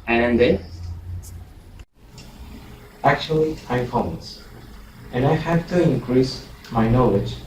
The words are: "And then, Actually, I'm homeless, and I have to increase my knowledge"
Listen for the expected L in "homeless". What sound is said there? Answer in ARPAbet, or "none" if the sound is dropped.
none